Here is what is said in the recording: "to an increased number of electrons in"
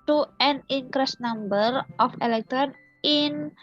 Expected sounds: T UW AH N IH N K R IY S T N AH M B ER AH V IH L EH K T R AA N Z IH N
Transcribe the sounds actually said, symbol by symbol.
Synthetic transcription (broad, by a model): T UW AH N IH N K R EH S N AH M B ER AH F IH L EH K T R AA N IH N